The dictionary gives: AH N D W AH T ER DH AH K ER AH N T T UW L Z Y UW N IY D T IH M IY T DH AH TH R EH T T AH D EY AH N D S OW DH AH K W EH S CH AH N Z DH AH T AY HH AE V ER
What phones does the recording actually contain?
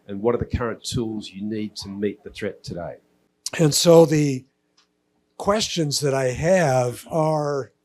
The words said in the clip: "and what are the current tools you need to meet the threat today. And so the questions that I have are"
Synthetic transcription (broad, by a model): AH N W AH T ER DH AH K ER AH N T T UW L Z Y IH N IY D T IH M IY T DH AH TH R EH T T AH D EY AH N S OW DH AH K W EH S CH AH N Z DH AH T AY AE V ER